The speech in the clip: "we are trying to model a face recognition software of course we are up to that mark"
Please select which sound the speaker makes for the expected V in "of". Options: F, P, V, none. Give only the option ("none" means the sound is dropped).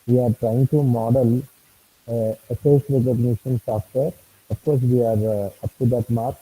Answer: F